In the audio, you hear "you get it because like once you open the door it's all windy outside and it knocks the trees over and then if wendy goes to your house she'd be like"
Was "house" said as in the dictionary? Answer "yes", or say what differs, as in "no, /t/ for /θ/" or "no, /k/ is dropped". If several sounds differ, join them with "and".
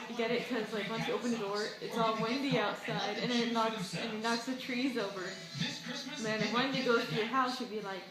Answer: yes